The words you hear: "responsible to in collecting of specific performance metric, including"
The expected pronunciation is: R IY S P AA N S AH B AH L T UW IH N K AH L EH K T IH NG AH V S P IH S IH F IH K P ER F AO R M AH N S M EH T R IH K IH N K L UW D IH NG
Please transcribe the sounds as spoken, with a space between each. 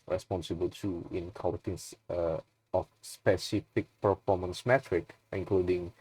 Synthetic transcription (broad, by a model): R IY S P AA N S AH B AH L T UW IH N K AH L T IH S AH F S P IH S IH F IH K P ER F AO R M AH N S M EH T R IH K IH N K L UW D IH NG